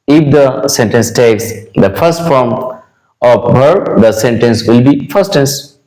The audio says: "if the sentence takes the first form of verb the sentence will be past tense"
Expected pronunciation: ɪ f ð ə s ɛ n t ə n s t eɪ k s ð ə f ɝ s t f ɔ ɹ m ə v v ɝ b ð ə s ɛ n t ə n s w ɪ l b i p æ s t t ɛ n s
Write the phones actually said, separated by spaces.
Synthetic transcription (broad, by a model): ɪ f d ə s ɛ n t ə n s t eɪ k s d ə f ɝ s t f ɔ ɹ m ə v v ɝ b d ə s ɛ n t ə n s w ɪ l b i f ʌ s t t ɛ n s